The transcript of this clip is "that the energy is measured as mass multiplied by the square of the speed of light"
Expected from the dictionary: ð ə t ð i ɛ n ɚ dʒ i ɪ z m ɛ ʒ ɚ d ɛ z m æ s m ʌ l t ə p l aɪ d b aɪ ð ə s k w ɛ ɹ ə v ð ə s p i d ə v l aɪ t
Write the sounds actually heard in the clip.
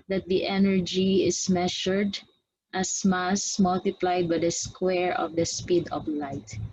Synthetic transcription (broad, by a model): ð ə t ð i ɛ n ɚ dʒ i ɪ s m ɛ ʃ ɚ d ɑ s m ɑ s m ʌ l t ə p l aɪ d b aɪ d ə s k w ɛ ɹ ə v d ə s p i d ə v l aɪ t